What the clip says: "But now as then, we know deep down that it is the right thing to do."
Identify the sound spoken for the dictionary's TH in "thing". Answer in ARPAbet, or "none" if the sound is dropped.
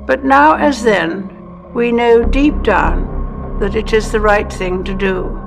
TH